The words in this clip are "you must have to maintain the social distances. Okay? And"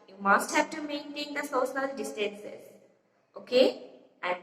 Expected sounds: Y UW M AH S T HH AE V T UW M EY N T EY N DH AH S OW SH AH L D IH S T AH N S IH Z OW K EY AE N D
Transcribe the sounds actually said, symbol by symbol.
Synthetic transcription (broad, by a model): Y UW M AH S T HH AE V T UW M EY N T EY N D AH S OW S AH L D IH S T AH N S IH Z OW K EY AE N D